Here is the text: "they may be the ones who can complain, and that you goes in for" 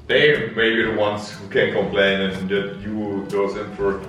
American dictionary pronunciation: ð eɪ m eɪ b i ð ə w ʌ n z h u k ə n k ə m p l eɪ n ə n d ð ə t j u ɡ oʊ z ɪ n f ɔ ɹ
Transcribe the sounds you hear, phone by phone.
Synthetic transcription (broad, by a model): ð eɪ m eɪ b i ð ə w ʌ n s h u k ə n k ə m p l eɪ n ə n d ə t j u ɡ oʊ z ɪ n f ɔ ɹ